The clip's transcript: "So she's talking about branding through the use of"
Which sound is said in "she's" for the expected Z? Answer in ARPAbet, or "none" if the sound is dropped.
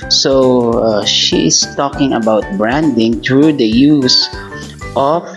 S